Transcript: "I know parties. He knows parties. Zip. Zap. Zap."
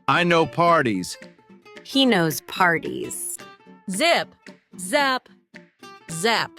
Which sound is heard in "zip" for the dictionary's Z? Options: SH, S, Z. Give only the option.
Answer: Z